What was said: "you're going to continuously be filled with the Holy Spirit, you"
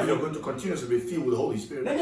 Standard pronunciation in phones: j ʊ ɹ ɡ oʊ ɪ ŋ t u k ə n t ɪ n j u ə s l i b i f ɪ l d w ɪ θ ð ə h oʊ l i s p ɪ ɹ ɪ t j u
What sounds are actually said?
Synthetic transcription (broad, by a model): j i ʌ ɡ oʊ ɪ ŋ t u k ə n t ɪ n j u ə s i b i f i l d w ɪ ð ə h oʊ l i s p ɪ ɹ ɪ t